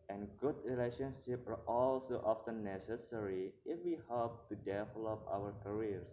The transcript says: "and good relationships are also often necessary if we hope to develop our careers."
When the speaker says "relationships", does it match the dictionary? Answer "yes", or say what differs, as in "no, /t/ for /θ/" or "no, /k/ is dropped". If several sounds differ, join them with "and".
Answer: no, /s/ is dropped